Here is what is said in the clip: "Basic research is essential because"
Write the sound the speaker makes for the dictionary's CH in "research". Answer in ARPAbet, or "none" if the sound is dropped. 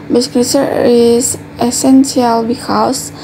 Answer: none